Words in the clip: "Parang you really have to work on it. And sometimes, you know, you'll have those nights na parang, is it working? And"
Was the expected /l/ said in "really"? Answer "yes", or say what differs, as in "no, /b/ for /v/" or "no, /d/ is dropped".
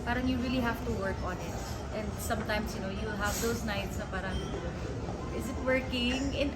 yes